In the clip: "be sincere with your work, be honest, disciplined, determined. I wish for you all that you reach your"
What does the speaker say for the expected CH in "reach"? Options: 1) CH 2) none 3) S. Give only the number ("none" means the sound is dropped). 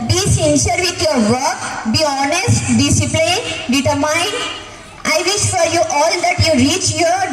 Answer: 1